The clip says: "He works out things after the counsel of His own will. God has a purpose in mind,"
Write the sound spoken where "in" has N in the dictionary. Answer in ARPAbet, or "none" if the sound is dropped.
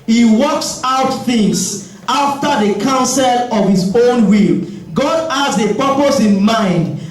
N